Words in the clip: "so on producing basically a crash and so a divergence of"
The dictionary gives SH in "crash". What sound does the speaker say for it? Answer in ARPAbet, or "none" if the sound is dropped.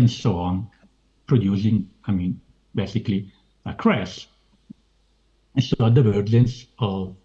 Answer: S